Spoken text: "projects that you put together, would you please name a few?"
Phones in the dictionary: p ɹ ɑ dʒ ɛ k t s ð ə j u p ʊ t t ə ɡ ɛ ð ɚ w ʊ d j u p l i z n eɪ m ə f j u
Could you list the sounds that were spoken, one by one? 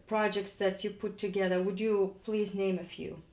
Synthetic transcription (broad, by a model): p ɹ ɑ dʒ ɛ k t s ð ə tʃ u p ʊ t t ə ɡ ɛ ð ɚ w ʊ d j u p l i z n eɪ m ə f j u